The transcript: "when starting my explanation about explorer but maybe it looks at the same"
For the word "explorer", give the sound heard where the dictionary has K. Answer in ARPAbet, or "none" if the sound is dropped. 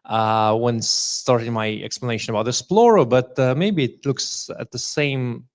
none